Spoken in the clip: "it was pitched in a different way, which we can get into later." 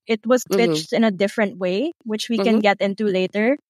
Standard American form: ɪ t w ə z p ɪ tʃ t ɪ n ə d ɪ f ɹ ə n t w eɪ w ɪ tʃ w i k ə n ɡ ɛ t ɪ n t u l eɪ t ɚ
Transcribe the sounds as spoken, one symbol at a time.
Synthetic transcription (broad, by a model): ɪ t w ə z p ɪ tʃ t ɪ n ə d ɪ f ɹ ə n t w eɪ w ɪ tʃ w i k ə n ɡ ɛ t ɪ n t u l eɪ t ɚ